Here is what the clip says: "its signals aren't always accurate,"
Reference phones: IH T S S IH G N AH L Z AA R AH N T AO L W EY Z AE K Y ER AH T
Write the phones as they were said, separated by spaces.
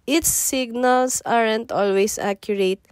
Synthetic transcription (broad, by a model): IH T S S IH G N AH L S AA R AH N T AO L W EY S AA K Y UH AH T